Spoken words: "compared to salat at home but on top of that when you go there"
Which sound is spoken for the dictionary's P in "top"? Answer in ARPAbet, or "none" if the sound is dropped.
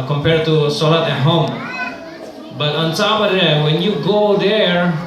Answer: B